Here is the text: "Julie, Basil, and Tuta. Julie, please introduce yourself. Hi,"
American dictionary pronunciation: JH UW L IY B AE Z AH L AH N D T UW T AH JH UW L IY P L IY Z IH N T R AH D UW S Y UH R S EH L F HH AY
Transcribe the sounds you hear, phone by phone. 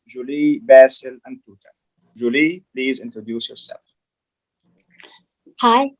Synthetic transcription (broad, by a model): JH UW L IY B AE S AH L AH N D T UW T AH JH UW L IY P L IY Z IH N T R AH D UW S Y UH R S EH L F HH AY